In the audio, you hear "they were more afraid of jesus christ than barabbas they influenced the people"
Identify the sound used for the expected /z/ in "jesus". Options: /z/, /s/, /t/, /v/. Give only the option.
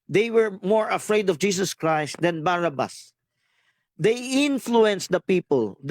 /s/